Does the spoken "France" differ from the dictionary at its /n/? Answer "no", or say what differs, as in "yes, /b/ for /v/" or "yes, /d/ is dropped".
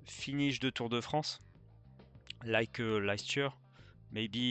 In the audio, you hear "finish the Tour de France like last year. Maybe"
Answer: yes, /n/ is dropped